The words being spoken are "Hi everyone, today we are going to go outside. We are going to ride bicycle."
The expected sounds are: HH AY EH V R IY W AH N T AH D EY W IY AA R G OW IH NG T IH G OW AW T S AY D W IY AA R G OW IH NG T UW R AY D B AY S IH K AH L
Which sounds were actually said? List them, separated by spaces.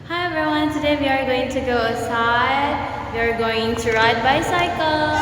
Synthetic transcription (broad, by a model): HH AY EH R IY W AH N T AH D EY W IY AA R G OW IH NG T IH G OW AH S AY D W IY AA R G OW IH NG T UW R AY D B AY S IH K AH L